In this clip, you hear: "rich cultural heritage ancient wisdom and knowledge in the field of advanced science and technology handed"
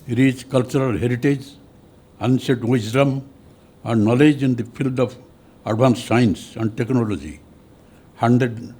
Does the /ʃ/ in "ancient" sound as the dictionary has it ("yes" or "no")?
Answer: no